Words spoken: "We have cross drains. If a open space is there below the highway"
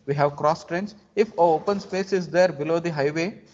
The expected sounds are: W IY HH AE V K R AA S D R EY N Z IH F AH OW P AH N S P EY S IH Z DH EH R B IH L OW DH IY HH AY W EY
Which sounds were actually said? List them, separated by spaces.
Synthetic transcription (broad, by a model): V IY HH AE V K R AA S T R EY N S IH F AH OW P AH N S P EY S IH Z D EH R B IH L OW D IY HH AY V EY